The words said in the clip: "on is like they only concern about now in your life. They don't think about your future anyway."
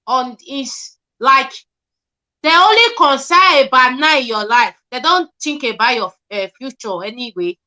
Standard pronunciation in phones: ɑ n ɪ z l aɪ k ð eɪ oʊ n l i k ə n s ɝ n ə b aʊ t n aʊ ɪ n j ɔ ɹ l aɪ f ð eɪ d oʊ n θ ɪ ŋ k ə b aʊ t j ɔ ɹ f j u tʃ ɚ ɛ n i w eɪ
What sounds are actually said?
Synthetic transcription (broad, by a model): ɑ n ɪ s l aɪ k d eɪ oʊ n l i k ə n s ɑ ə b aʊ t n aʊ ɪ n j ɔ l aɪ f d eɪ d oʊ n t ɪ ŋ k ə b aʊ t j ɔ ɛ f j u tʃ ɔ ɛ n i w eɪ